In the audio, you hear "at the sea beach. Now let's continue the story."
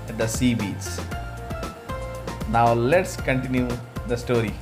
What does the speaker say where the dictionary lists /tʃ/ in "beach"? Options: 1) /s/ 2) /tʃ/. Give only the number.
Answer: 1